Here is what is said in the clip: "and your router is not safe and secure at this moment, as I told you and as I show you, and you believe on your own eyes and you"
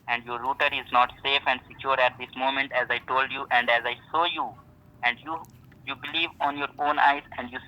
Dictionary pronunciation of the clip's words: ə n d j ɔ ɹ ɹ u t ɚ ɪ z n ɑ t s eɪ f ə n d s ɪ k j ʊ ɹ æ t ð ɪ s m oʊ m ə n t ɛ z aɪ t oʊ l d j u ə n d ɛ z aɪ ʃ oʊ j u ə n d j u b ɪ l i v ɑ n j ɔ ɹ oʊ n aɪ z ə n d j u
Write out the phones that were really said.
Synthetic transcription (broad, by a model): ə n d j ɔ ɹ ɹ u t ɚ ɪ z n ɑ t s eɪ f ə n d s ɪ k j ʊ ɹ æ t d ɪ s m oʊ m ə n t ɛ z aɪ t oʊ l d j u ə n d ɛ z aɪ s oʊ j u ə n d j u b ɪ l i v ɑ n j ɔ ɹ oʊ n aɪ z ə n d j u